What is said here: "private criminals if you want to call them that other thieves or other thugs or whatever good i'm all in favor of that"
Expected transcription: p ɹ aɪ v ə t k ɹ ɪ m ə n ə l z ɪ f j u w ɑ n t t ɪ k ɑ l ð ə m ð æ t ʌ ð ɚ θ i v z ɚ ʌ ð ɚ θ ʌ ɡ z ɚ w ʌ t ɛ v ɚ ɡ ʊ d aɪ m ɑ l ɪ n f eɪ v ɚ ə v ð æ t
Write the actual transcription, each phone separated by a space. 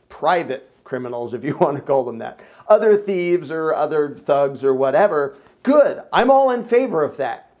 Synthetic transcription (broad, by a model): p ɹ aɪ v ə t k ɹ ɪ m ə n l z ɪ f j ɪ w ɑ n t t ɪ k ɑ l ð ə m ð æ t ʌ ð ɚ θ i v z ɚ ʌ ð ɚ θ ʌ ɡ z ɚ w ʌ t ɛ v ɚ ɡ ʊ d aɪ m ɑ l ɪ n f eɪ v ɚ ə v ð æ t